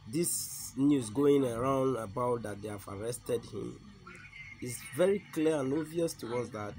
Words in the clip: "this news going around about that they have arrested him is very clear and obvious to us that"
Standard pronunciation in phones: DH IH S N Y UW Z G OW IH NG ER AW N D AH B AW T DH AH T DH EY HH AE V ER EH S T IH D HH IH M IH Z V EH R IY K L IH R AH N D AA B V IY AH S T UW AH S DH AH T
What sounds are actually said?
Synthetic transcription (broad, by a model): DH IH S N Y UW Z G OW IH NG ER AW N D AH B AW T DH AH T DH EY HH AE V ER EH S T IH D HH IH M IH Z V EH R IY K L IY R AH N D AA V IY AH S T UW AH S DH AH T